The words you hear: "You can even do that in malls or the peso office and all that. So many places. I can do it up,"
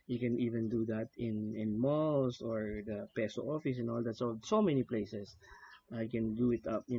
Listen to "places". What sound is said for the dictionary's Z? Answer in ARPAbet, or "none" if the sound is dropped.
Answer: S